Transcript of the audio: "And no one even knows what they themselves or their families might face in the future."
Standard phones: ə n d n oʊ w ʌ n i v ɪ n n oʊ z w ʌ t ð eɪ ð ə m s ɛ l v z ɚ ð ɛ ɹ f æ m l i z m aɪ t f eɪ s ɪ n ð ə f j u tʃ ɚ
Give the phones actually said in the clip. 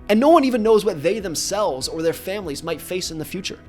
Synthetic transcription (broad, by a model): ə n n oʊ w ʌ n i v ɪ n n oʊ z w ʌ t ð eɪ ð ə m s ɛ l v z ɚ ð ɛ ɹ f æ m l i z m aɪ t f eɪ s ɪ n ð ə f j u tʃ ɚ